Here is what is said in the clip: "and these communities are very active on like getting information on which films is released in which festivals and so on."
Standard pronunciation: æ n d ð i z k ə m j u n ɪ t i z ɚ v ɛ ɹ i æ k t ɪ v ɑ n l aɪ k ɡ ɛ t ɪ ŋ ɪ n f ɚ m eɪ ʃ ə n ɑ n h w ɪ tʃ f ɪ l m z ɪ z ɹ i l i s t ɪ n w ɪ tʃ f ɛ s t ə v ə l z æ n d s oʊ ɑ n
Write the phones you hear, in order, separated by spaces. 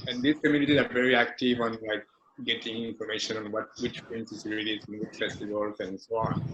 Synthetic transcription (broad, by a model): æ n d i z k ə m j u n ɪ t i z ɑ v ɛ ɹ i æ k t ɪ v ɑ n l aɪ k ɡ ɛ t ɪ ŋ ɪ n f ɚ m eɪ ʃ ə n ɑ n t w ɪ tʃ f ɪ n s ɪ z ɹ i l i t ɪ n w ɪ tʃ f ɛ s t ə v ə l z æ n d s oʊ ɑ n